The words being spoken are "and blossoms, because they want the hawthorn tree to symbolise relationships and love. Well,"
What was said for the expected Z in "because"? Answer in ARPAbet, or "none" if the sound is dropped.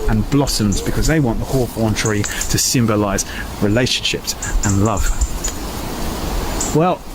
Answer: Z